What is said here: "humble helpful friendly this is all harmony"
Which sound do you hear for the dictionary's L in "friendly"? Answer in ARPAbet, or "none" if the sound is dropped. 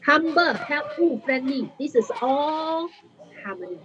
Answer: none